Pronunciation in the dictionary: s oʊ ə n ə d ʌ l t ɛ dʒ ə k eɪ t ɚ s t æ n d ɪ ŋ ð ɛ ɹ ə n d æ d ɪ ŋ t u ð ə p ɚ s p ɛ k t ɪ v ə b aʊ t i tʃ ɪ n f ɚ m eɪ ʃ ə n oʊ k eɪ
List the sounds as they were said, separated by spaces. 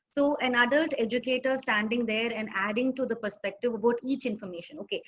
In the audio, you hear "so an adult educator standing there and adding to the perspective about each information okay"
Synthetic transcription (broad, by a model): s oʊ ə n ə d ʌ l t ɛ dʒ ə k eɪ t ɚ s t æ n d ɪ ŋ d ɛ ɹ ə n d æ d ɪ ŋ t u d ə p ɚ s p ɛ k t ɪ v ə b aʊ t i tʃ ɪ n f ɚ m eɪ ʃ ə n oʊ k eɪ